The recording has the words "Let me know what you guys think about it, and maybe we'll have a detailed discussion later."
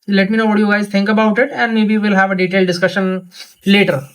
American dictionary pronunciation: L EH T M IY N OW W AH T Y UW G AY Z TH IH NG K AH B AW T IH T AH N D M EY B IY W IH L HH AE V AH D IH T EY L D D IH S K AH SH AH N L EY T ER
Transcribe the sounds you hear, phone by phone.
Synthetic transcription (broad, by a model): L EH T M IY N OW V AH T Y UW G AY Z T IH NG K AH B AW T IH T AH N D M EY B IY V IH L HH AE V AH D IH T EY L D D IH S K AH SH AH N L EY T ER